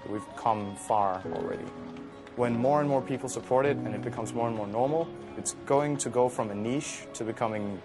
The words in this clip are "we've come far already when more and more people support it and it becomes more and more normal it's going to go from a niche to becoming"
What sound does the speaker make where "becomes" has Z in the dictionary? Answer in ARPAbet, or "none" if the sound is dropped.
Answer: Z